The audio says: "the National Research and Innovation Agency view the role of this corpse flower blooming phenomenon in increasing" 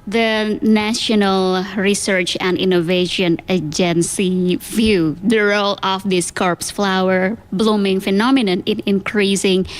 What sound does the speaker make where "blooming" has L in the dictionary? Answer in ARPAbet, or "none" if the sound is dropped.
L